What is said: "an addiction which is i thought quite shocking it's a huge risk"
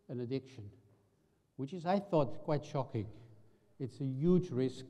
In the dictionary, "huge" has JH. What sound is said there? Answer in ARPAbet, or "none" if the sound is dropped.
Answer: JH